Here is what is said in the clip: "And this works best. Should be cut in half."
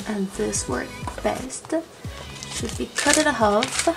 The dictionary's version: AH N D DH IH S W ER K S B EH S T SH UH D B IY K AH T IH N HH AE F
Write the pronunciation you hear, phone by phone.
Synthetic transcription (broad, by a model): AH N DH IH S W ER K B EH S T SH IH D B IY K AH T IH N HH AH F